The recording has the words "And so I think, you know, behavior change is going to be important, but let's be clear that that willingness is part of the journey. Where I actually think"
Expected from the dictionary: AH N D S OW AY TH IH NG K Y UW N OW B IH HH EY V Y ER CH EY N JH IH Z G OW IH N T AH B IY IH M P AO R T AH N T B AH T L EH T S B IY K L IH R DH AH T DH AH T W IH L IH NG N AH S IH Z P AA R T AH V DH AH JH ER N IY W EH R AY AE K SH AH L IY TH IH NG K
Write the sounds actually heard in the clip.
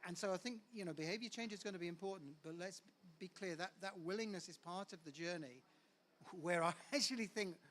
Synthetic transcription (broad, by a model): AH N S OW AY TH IH NG K Y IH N OW B IH HH EY V Y ER CH EY N JH IH Z G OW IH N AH B IY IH M P AO R T N B AH T L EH T S B IY K L IH R DH AH T DH AH T W IH L IH NG N AH S IH Z P AA R T AH V DH AH JH ER N IY W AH R AY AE K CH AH L IY TH IH NG K